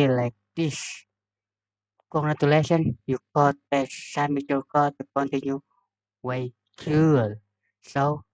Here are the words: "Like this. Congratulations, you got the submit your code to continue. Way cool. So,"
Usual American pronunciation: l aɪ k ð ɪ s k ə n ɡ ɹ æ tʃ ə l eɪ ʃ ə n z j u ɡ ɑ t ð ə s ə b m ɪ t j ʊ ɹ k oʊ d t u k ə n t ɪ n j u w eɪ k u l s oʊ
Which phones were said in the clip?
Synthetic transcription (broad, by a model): l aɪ k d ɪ s k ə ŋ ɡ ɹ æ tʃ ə l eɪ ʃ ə n j u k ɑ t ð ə s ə m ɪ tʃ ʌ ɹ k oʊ t u k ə n t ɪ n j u w eɪ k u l s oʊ